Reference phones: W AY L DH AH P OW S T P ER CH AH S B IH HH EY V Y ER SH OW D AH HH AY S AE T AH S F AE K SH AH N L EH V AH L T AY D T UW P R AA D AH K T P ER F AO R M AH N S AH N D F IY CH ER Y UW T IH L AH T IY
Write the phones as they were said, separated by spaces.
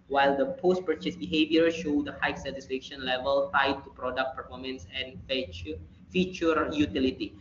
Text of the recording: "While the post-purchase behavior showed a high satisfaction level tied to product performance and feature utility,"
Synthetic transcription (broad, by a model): W AY L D AH P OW S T P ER CH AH S B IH HH EY V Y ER SH OW D AH HH AY S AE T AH S F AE K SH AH N L EH V AH L T AY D T UW P R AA D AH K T P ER F AO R M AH N S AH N F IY CH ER Y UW T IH L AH T IY